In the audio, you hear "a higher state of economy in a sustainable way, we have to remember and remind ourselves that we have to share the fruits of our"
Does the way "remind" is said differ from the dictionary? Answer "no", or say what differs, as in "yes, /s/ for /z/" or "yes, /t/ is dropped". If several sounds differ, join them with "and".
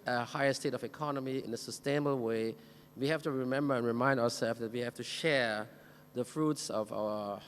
no